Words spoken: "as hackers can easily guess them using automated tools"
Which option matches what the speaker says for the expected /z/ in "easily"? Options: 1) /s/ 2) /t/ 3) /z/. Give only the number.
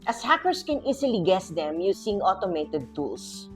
1